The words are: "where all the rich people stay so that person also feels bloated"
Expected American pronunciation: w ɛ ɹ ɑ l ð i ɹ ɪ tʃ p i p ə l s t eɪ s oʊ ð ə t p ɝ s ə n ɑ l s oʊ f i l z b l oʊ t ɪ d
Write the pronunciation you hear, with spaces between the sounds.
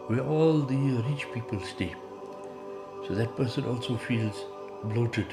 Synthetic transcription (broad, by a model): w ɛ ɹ ɑ l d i ɹ ɪ tʃ p i p ə l s t eɪ s oʊ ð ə t p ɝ s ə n ɑ l s oʊ f i l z b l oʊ t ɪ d